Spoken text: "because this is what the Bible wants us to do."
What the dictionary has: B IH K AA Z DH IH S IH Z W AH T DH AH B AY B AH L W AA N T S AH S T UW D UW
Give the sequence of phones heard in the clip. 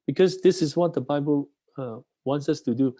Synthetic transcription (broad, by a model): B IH K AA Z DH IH S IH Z W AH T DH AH B AY B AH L W AA N T S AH S T UW D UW